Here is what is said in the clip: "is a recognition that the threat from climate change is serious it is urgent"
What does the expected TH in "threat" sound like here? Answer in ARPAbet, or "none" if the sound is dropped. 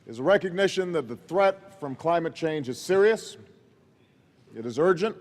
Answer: TH